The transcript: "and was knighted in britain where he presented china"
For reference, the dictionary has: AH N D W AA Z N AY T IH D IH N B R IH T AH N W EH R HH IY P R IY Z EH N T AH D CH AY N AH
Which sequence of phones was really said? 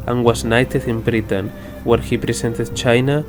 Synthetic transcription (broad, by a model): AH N W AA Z N AY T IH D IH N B R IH T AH N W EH R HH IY P R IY S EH N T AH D CH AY N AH